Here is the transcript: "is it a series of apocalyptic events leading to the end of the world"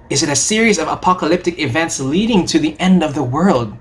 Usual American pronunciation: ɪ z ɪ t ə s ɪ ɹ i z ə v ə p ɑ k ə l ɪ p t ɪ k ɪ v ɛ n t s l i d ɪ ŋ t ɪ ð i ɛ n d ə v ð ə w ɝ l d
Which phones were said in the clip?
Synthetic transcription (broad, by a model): ɪ z ɪ t ə s ɪ ɹ i z ə v ə p ɑ k ə l ɪ p t ɪ k ɪ v ɛ n t s l i d ɪ ŋ t ɪ ð i ɛ n d ə v ð ə w ɝ l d